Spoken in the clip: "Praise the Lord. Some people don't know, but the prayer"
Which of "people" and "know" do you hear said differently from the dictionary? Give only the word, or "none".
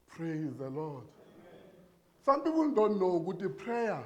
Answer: people